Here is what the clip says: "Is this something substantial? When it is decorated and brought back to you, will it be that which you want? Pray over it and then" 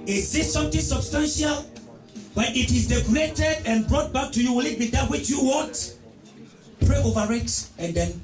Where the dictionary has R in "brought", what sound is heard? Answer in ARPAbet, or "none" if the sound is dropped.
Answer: R